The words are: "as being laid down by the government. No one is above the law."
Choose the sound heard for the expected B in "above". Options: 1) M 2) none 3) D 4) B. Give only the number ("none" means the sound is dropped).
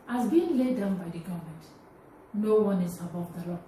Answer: 4